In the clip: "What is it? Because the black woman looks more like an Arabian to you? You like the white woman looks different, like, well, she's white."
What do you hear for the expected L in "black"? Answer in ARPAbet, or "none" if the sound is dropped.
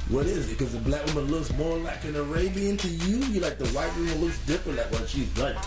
L